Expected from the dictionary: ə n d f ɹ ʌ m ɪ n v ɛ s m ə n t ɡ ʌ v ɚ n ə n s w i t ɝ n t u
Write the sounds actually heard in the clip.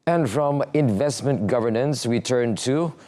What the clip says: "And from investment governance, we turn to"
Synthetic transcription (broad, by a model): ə n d f ɹ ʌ m ɪ n v ɛ s m ə n t ɡ ʌ v ɚ n ə n s w i t ɝ n t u